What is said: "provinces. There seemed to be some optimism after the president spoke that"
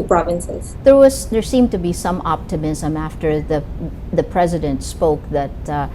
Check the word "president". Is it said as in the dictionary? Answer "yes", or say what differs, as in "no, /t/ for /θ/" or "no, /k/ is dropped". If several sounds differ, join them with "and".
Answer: yes